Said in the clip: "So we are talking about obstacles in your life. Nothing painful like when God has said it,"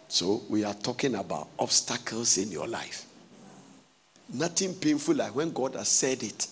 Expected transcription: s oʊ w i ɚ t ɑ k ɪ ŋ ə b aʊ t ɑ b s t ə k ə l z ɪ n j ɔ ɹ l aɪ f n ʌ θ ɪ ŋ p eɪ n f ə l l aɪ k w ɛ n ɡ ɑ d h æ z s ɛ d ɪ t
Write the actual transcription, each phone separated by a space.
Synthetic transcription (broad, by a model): s oʊ w i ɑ t ɑ k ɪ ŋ ə b aʊ t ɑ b s t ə k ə l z ɪ n j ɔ l aɪ f n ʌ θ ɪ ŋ p eɪ n f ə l l aɪ k w ɛ n ɡ ɑ d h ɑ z s ɛ d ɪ t